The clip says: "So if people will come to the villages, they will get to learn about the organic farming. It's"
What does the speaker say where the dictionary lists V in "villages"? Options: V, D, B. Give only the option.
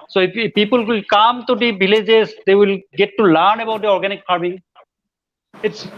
B